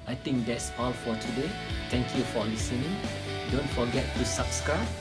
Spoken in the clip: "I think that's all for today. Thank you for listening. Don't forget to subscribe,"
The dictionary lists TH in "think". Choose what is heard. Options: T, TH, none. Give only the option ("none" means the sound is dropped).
T